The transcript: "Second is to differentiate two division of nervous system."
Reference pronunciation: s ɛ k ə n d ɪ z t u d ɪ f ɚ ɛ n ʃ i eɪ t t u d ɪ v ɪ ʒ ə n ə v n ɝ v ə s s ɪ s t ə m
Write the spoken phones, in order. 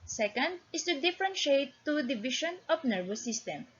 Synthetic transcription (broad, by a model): s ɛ k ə n d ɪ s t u d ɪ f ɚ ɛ n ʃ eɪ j t u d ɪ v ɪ ʃ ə n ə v n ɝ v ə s s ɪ s t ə m